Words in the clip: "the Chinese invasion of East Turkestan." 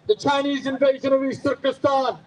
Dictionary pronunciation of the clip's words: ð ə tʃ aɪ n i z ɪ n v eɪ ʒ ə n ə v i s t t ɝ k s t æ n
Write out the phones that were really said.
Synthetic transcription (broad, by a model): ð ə tʃ aɪ n i z ɪ n v eɪ ʒ ə n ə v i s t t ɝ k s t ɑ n